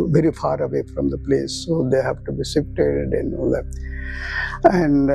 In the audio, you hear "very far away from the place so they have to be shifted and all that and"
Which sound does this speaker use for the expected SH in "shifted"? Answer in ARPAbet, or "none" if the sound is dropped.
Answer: S